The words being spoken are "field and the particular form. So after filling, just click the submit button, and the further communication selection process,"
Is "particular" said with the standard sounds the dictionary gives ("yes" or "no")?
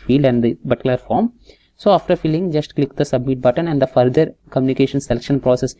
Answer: no